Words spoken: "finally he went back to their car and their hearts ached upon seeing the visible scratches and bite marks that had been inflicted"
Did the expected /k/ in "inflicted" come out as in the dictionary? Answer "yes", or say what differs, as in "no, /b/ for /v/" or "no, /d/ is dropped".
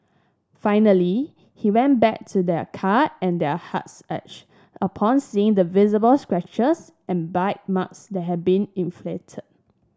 no, /k/ is dropped